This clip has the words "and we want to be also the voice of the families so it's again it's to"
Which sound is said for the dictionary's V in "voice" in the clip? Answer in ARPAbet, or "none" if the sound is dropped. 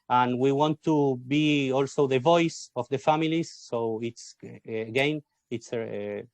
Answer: V